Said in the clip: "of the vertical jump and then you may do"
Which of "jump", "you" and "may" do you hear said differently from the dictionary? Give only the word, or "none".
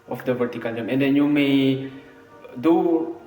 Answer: jump